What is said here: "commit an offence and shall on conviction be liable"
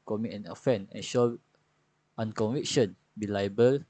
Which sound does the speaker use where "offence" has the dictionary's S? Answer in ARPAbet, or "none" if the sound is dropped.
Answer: none